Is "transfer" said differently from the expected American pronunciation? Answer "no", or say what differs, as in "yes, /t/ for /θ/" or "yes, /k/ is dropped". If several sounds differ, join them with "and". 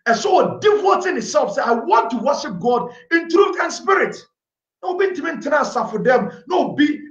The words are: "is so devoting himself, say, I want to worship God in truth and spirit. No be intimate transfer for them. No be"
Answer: yes, /f/ is dropped